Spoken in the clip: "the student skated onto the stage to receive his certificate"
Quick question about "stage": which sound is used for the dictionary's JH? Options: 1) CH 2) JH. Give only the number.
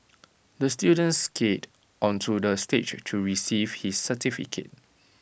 1